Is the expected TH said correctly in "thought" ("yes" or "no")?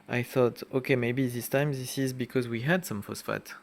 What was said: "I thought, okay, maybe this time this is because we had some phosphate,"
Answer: yes